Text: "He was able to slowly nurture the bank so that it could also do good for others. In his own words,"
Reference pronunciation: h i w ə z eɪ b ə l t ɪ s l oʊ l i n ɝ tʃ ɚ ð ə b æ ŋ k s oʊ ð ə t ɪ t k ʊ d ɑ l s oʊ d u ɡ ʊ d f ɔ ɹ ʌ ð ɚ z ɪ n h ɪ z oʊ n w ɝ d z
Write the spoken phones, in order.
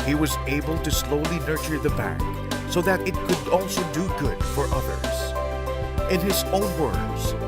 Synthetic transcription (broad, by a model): h i w ə z eɪ b ə l t ɪ s l oʊ l i n ɝ tʃ ɚ ð ə b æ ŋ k s oʊ ð ə t ɪ t k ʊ d ɑ l s oʊ d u ɡ ʊ d f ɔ ɹ ʌ ð ɚ z ɪ n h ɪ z oʊ n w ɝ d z